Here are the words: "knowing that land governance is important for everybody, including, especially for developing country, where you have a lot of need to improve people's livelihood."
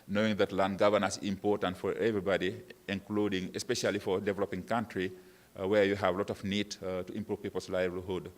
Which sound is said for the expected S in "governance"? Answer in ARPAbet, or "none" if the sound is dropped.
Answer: none